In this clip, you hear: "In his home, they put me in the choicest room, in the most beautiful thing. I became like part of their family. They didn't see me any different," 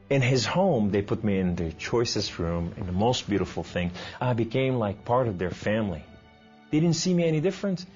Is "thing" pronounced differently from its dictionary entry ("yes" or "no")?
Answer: no